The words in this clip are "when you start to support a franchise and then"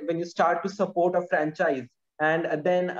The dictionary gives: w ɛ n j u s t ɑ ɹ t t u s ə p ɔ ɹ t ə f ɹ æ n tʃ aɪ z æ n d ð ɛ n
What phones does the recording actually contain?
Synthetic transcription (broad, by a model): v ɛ n j u s t ɑ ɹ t t u s ə p ɔ ɹ t ə f ɹ æ n tʃ aɪ z æ n d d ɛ n